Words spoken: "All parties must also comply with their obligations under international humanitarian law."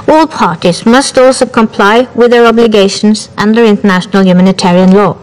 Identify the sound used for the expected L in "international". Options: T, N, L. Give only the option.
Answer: L